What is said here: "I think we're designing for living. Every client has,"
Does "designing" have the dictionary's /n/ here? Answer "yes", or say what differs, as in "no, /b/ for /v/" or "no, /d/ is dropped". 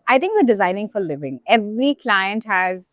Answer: yes